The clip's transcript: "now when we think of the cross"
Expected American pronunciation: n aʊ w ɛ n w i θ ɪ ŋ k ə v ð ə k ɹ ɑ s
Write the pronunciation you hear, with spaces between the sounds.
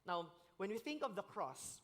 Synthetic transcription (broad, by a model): n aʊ w ɛ n w i θ ɪ ŋ k ə v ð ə k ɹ ɑ s